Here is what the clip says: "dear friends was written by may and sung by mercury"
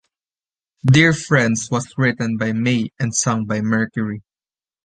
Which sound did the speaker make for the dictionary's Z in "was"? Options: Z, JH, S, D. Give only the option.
S